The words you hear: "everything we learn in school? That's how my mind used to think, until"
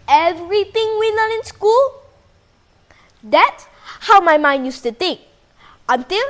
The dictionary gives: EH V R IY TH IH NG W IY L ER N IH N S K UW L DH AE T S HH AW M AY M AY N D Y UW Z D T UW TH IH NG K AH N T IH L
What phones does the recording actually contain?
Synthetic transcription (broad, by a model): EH V R IY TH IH NG W IY L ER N IH N S K UW L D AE T S HH AW M AY M AY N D Y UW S T UW T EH K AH N T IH L